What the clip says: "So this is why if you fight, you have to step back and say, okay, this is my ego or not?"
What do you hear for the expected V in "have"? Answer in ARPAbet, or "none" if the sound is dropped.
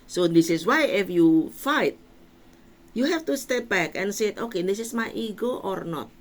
F